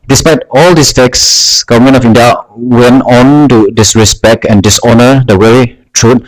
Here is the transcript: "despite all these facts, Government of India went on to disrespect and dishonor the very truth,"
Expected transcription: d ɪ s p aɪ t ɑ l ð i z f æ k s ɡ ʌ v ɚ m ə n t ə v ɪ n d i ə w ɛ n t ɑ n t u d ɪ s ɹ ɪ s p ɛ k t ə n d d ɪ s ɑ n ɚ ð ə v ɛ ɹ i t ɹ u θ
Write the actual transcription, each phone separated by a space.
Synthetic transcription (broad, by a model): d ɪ s p aɪ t ɑ l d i s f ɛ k s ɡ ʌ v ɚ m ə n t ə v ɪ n d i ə w ɛ n t ɑ n t u d ɪ s ɹ ɪ s p ɛ k t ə n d d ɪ s ɑ n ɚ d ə w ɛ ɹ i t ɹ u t